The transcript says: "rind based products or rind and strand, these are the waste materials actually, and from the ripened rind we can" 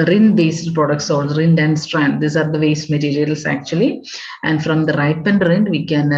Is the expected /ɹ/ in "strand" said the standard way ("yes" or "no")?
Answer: yes